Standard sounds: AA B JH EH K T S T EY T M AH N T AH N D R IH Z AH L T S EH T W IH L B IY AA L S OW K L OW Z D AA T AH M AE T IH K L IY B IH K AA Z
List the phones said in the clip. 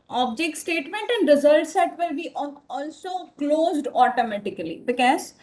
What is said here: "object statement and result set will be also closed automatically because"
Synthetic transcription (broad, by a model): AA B JH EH K T S T EY T M AH N T AH N D R IH Z AH L T S EH T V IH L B IY AA L S OW K L OW Z D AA T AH M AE T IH K L IY B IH K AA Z